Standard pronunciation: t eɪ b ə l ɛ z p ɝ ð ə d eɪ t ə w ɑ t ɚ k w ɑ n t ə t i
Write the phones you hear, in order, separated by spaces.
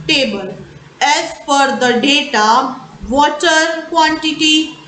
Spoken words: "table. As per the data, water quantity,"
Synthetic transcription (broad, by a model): t eɪ b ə l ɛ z f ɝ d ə d eɪ t ə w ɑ t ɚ k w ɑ n t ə t i